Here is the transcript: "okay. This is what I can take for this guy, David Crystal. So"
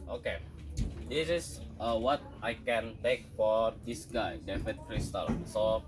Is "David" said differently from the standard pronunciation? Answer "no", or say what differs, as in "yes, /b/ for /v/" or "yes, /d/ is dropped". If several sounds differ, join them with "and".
yes, /f/ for /v/